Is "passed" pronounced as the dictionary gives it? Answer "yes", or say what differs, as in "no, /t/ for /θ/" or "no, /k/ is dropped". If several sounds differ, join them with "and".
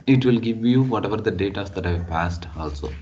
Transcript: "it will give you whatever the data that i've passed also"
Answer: yes